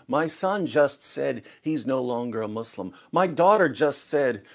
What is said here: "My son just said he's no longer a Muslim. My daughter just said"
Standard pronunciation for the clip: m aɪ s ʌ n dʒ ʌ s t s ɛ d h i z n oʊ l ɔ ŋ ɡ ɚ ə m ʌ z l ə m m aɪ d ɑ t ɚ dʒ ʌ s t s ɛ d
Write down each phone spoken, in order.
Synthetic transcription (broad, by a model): m aɪ s ʌ n dʒ ʌ s t s ɛ d h i z n oʊ l ɔ ŋ ɡ ɚ ə m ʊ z l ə m m aɪ d ɑ t ɚ dʒ ʌ s t s ɛ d